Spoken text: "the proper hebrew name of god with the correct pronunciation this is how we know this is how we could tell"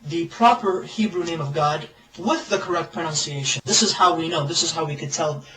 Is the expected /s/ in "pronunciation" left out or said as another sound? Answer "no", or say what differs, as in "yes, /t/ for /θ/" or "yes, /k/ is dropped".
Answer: no